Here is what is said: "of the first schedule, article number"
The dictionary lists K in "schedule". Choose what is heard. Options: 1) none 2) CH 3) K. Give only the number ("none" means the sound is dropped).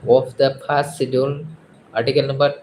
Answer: 1